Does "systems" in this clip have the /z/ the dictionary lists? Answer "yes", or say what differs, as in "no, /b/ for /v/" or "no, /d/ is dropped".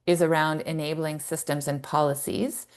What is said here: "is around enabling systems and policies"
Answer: yes